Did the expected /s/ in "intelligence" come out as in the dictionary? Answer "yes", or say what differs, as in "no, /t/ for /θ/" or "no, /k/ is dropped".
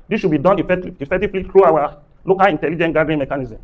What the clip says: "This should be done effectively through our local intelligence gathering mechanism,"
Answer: no, /s/ is dropped